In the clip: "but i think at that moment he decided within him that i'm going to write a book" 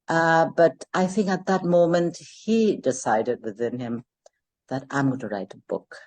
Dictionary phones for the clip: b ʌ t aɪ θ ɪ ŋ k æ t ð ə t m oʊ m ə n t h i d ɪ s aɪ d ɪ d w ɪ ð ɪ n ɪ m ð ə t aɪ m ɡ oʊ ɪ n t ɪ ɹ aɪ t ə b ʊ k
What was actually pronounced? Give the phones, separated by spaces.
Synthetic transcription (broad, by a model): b ʌ t aɪ θ ɪ ŋ k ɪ t ð ə t m oʊ m ə n t h i d ɪ s aɪ d ɪ d w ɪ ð ɪ n ɪ m ð ə t aɪ m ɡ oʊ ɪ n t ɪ ɹ aɪ t ə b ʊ k